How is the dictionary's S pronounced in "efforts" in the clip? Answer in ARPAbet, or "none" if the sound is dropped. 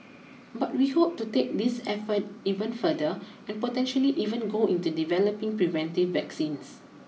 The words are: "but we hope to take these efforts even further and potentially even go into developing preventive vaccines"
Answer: none